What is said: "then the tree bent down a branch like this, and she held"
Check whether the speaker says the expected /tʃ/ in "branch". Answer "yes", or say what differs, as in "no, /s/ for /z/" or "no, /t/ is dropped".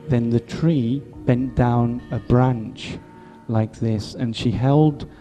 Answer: yes